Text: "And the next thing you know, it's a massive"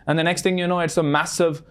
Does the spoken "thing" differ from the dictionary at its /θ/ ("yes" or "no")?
no